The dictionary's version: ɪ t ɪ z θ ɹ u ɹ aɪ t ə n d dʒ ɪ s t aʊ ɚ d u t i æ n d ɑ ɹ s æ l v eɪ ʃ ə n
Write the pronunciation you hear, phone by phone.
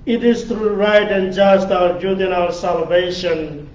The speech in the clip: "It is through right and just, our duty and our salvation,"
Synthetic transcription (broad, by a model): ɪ t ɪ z t ɹ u ɹ aɪ t ə n d dʒ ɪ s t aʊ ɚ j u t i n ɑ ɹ s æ l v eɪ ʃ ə n